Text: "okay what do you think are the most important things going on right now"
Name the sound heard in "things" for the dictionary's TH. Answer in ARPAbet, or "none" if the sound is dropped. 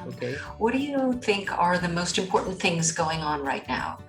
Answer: TH